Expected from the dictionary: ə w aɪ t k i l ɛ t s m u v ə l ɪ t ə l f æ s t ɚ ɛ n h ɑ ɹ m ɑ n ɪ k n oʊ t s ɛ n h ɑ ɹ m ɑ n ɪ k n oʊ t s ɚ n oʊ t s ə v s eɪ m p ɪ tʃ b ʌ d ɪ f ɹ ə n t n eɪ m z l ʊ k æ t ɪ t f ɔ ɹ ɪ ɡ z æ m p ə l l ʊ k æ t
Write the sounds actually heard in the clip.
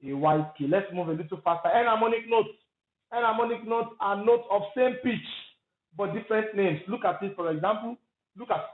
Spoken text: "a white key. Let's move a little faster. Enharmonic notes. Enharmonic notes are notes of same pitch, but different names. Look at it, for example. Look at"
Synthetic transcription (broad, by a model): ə w aɪ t k i l ɛ t s m u v ə l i t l f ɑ s t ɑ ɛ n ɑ m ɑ n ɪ k n oʊ t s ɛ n ɑ m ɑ n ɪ k n oʊ t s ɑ n oʊ t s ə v s eɪ m p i tʃ b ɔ d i f ɹ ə n t n eɪ m s l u k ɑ t ɪ t f ɔ ɹ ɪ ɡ z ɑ m p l l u k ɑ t